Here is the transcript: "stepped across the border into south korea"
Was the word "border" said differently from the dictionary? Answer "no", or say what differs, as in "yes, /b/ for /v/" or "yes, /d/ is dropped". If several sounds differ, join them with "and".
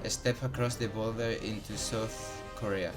yes, /l/ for /ɹ/